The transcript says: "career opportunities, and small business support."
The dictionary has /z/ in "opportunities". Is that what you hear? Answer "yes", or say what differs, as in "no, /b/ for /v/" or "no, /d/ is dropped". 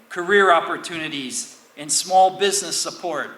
yes